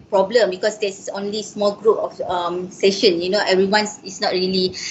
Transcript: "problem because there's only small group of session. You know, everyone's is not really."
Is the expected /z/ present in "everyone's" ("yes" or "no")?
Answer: no